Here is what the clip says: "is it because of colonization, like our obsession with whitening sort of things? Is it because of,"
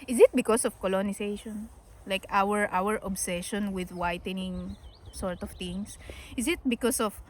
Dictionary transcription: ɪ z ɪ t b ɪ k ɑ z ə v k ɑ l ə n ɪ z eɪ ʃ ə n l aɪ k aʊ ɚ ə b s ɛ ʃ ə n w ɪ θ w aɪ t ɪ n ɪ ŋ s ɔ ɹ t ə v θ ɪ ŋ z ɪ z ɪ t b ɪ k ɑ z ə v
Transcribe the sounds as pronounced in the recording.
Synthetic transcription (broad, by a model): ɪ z ɪ t b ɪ k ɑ s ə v k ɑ l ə n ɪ s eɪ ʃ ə n l aɪ k aʊ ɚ ə b s ɛ ʃ ə n w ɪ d w aɪ t ɪ n ɪ ŋ s ɔ ɹ t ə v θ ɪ ŋ s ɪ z ɪ t b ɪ k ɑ s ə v